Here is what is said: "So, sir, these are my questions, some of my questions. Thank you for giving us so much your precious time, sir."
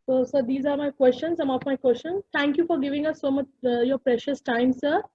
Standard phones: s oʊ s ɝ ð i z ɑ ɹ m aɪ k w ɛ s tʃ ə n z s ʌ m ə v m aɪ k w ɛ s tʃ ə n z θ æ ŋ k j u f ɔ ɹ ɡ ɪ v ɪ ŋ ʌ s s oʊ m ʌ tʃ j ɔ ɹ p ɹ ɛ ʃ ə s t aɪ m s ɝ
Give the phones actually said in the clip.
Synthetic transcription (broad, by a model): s oʊ s ɝ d i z ɑ ɹ m aɪ k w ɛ s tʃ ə n s ʌ m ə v m aɪ k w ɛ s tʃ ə n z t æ ŋ k j u f ɔ ɹ ɡ ɪ v ɪ ŋ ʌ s s oʊ m ʌ tʃ j ɔ ɹ p ɹ ɛ ʃ ə s t aɪ m s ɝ